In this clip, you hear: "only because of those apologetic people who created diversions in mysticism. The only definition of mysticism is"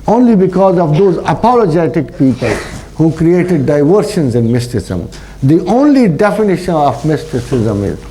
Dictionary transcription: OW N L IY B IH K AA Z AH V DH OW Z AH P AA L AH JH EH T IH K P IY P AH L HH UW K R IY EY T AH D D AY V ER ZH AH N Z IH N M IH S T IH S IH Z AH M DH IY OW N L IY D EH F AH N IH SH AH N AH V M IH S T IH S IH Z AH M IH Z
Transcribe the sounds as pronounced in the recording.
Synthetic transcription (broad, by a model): OW N L IY B IH K AA Z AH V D OW Z AH P AA L AH JH EH T IH K P IY P AH L HH UW K R IY EY T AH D D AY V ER SH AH N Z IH N M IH S T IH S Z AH M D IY OW N L IY D EH F AH N IH SH AH N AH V M IH S T IH S IH Z AH M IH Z